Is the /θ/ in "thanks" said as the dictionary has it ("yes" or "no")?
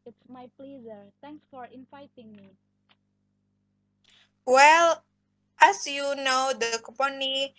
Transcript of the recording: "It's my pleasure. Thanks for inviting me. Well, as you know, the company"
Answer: no